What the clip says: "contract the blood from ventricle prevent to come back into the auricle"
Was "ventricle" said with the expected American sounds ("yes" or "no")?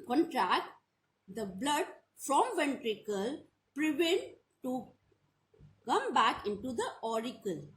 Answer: yes